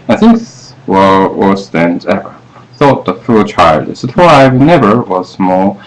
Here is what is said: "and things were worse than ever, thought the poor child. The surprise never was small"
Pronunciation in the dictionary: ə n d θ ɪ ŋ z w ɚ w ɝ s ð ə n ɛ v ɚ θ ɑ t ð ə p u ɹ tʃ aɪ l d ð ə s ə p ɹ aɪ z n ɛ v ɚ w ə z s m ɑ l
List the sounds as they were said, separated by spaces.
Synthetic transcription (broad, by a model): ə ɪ θ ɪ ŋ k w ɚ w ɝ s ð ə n ɛ v ɚ θ ɑ t ð ə f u l tʃ aɪ l d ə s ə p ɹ aɪ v n ɛ v ɚ w ə z m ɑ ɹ